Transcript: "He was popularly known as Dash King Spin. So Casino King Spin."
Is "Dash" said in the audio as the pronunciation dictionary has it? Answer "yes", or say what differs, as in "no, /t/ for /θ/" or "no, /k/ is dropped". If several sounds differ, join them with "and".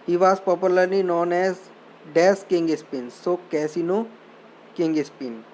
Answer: no, /s/ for /ʃ/